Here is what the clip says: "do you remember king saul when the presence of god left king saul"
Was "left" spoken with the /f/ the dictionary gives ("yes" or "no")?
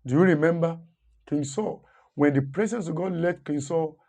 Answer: no